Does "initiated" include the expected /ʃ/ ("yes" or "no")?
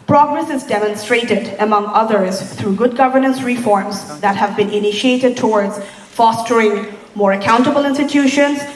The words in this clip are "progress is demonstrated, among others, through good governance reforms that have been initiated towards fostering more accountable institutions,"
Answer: yes